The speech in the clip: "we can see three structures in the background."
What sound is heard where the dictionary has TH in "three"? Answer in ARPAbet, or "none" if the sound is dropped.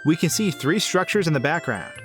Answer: TH